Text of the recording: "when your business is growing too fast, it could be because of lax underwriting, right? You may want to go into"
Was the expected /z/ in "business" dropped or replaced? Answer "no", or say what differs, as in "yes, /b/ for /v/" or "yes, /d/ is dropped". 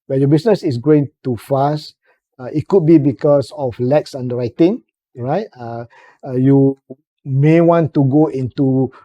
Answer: yes, /s/ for /z/